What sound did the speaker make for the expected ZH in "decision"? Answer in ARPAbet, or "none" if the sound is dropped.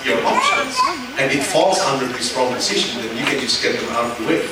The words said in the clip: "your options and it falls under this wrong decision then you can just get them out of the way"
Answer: SH